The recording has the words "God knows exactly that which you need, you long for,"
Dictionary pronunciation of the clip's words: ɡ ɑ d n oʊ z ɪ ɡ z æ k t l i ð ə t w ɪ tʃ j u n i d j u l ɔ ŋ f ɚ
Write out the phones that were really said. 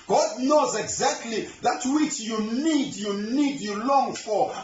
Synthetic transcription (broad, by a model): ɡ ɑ d n oʊ z ɪ ɡ z æ k t l i ð ə t w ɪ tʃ j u n i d j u l ɔ ŋ f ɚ